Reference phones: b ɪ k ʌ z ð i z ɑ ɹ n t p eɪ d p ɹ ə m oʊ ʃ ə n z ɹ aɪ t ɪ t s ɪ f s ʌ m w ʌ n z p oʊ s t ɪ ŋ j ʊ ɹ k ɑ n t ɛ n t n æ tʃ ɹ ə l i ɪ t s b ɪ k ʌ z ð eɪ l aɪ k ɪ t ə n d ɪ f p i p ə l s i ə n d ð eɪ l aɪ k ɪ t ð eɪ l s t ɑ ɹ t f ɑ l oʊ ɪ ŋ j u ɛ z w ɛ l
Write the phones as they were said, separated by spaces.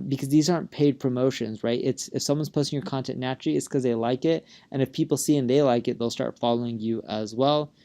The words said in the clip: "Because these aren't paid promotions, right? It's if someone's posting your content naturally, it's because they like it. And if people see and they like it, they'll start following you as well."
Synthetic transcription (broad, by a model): b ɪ k ʌ z ð i z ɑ ɹ n p eɪ d p ɹ ə m oʊ ʃ ə n z ɹ aɪ t ɪ t s ɪ f s ʌ m w ʌ n z p oʊ s t ɪ ŋ j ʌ ɹ k ɑ n t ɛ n n æ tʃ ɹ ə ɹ i ɪ t s k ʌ z ð eɪ l aɪ k ɪ t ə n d ɪ f p i p l s i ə n ð eɪ l aɪ k ɪ t ð eɪ l s t ɑ ɹ t f ɑ l oʊ ɪ ŋ j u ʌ z w ɛ l